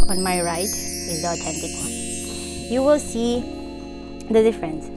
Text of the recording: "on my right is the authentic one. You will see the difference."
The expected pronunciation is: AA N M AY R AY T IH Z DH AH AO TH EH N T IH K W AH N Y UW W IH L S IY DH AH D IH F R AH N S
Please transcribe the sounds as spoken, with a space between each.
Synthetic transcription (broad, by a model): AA N M AY R AY T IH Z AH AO T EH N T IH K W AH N Y UW W IH L S IY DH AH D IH F R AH N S